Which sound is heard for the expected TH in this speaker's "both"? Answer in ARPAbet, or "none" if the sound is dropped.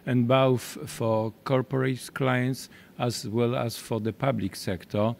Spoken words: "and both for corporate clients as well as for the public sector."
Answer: F